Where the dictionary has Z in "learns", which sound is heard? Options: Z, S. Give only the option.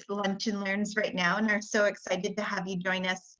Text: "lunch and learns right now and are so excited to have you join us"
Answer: Z